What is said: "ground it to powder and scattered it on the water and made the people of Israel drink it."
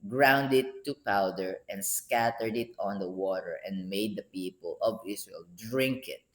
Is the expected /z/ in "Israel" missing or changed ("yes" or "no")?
yes